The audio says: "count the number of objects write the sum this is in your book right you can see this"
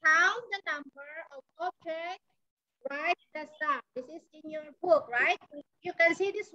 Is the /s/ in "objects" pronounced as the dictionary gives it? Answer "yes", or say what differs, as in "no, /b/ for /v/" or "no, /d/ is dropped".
no, /s/ is dropped